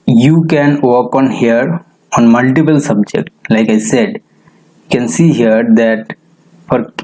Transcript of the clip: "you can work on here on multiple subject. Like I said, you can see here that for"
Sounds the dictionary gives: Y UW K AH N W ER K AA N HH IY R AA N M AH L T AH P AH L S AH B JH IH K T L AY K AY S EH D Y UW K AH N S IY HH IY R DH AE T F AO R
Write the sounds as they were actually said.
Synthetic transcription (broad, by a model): Y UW K AH N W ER K AA N HH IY R AA N M AH L T AH P AH L S AH B JH IH K T L AY K AY S EH D Y UW K AH N S IY HH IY R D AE T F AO R